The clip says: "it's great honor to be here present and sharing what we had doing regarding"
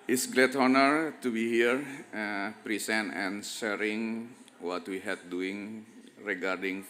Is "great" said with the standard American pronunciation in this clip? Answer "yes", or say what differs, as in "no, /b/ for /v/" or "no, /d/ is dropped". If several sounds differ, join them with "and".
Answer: no, /l/ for /ɹ/